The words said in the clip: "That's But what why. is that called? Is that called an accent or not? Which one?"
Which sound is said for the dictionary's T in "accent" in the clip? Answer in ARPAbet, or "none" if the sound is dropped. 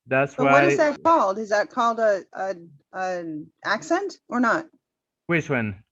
T